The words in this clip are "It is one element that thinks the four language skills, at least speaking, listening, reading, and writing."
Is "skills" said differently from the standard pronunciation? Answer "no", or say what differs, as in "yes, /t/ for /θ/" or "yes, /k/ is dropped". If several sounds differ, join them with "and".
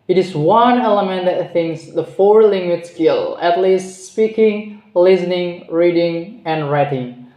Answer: yes, /z/ is dropped